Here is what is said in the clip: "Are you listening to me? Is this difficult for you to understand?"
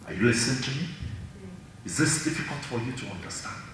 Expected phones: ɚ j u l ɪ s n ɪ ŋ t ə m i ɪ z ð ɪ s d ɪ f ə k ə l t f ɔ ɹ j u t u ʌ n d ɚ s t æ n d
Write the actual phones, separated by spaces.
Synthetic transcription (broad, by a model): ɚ j u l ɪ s ɪ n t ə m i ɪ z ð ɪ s d ɪ f ə k ə l t f ɔ ɹ j u t u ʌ n d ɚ s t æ n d